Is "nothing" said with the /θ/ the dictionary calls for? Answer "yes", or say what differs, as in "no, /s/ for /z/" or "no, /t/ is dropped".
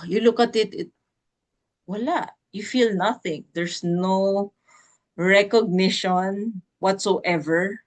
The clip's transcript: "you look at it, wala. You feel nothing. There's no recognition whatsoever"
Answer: yes